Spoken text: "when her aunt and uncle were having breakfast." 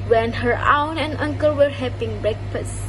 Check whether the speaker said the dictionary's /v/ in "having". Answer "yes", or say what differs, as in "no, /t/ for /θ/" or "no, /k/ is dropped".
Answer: no, /p/ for /v/